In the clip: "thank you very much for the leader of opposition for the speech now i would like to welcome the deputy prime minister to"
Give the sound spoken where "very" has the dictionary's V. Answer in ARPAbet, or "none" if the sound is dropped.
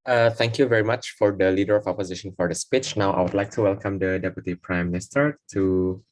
V